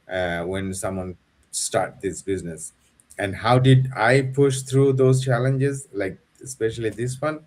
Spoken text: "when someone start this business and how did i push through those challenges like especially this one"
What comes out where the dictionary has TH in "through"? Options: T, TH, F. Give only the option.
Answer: T